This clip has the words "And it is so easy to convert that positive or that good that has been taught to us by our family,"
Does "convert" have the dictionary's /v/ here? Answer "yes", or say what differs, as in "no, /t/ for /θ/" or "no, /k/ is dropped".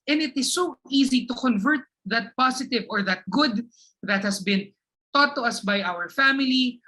yes